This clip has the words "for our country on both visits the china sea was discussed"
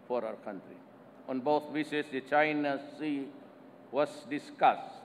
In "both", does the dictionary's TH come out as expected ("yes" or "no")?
no